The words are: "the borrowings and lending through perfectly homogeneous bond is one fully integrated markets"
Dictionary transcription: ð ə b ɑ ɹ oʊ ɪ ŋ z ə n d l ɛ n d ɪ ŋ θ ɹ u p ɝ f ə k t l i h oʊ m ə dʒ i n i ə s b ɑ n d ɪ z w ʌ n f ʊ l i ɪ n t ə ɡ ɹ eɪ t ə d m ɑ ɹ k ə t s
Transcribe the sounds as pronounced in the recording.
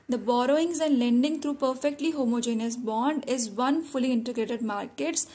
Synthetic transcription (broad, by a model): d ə b ɑ ɹ oʊ ɪ ŋ z ə n d l ɛ n d ɪ ŋ t ɹ u p ɝ f ə k t l i h oʊ m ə dʒ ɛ n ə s b ɑ n d ɪ z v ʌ n f ʊ l i ɪ n t ə ɡ ɹ eɪ t ə d m ɑ ɹ k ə t s